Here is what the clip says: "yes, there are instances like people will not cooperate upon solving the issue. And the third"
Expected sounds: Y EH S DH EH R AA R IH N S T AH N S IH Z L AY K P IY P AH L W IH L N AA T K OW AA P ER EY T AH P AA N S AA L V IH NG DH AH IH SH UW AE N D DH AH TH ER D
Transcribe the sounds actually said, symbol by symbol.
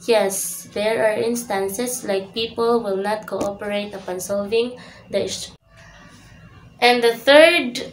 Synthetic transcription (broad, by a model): Y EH S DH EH R AA R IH N S T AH N S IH S L AY K P IY P AH L W IH L N AA T K OW AA P ER EY T AH P AA N S AA L V IH NG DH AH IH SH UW N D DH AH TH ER D